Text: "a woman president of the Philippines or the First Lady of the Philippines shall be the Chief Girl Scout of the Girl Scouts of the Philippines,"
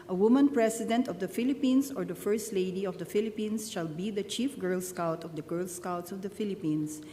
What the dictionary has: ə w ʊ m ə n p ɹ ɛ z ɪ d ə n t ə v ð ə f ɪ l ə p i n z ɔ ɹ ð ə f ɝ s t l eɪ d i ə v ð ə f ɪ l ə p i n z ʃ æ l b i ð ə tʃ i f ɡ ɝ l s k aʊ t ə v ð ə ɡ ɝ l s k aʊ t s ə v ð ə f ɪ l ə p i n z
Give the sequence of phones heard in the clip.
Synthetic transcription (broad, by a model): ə w ʊ m ə n p ɹ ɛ s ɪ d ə n t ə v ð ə f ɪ l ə p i n s ɔ ɹ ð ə f ɝ s t l eɪ d i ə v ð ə f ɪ l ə p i n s ʃ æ l b i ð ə tʃ i f ɡ ɝ l s k aʊ t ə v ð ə ɡ ɝ l s k aʊ t s ə v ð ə f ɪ l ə p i n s